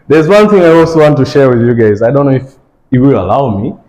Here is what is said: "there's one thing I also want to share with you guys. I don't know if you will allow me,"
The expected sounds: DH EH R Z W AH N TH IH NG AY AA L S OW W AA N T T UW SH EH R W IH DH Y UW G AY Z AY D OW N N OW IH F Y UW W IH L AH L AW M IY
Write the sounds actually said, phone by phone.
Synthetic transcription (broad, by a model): DH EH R Z W AH N TH IH NG AY AA L S OW W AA N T T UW SH EH R W IH DH Y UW G AY Z AY D OW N N OW IH F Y W IH L AH L AW M IY